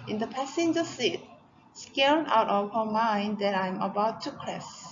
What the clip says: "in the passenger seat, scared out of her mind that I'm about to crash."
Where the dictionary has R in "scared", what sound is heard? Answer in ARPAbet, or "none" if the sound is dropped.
L